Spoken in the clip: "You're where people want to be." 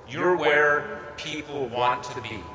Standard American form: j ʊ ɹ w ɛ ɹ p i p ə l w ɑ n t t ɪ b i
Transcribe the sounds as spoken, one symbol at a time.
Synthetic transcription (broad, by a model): j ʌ ɹ w ɛ ɹ p i p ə l w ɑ n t t ɪ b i